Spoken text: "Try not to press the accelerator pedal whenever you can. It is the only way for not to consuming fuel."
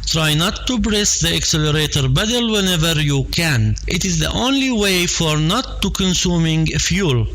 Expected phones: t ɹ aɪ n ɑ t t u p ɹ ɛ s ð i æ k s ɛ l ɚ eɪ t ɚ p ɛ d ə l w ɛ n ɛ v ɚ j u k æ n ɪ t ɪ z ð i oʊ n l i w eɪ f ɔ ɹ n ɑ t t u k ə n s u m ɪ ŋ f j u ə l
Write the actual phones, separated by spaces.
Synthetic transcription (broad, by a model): t ɹ aɪ n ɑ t t u b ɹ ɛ s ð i æ k s ɛ l ɚ eɪ t ɚ b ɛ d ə l w ɛ n ɛ v ɚ j u k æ n ɪ t ɪ z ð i oʊ n l i w eɪ f ɔ ɹ n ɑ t t u k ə n s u m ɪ ŋ f j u l